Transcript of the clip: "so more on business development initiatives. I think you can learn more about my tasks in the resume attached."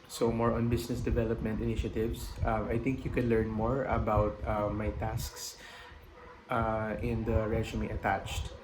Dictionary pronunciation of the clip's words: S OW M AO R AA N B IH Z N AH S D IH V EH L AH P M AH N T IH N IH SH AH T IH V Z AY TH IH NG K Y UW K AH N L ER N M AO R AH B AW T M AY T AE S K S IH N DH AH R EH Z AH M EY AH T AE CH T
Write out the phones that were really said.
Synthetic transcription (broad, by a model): S OW M AO R AA N B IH S N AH S D IH V EH L AH P M AH N T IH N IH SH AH T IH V S AY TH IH NG K Y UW K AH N L ER N M AO R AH B AW T M AY T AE S K S IH N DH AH R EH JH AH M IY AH T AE CH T